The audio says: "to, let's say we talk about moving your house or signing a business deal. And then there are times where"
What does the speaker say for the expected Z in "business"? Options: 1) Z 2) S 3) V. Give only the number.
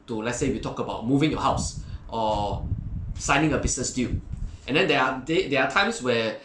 2